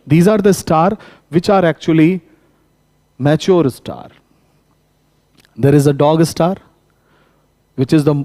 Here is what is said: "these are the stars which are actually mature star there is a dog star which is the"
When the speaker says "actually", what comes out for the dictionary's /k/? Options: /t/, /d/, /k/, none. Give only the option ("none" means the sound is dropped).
/k/